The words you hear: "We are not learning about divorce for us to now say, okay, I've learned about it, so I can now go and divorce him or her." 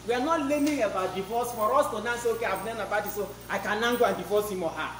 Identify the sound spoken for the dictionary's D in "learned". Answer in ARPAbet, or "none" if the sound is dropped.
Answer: none